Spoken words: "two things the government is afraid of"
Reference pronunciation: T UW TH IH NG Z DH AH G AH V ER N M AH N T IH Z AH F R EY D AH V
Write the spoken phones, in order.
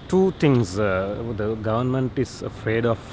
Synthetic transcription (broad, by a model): T UW T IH NG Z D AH G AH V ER N M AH N T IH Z AH F R EY D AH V